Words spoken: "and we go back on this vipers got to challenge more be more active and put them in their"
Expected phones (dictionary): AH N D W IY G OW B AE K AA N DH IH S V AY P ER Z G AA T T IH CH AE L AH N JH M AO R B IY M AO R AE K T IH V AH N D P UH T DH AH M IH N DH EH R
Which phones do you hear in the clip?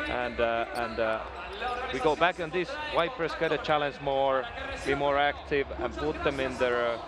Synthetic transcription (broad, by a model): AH N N W IY G OW B AE K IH N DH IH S W AY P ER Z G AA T T IH CH AE L AH N JH M AO R B IY M AO R AE K T IH V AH N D P UH T DH AH M IH N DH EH R